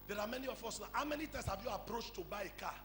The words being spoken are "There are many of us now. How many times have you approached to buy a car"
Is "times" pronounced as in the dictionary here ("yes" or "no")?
no